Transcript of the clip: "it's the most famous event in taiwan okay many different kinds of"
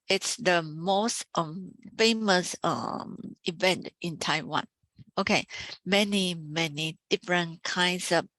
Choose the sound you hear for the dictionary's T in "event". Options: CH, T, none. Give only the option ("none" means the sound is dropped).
T